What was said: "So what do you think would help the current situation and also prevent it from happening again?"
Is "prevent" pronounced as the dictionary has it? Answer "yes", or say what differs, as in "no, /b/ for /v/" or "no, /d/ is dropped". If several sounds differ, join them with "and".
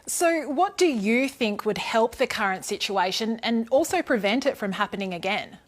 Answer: yes